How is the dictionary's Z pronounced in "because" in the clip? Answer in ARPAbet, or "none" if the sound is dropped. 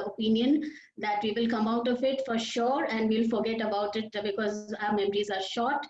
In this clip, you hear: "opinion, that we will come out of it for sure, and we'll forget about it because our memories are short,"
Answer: Z